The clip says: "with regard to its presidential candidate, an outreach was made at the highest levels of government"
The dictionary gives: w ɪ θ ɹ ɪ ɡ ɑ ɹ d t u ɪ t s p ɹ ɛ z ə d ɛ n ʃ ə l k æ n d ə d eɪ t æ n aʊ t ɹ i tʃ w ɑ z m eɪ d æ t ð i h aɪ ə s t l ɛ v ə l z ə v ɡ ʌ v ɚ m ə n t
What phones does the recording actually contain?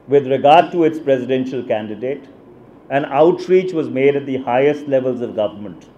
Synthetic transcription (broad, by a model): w ɪ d ɹ ɪ ɡ ɑ ɹ d t u ɪ t s p ɹ ɛ z ə d ɛ n ʃ ə l k æ n d ə d eɪ t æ n aʊ t ɹ i tʃ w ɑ z m eɪ d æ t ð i h aɪ ə s t l ɛ v ə l z ə v ɡ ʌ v ɚ m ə n t